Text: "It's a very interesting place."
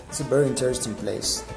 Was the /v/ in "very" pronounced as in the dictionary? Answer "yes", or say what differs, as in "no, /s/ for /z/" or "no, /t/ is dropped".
no, /b/ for /v/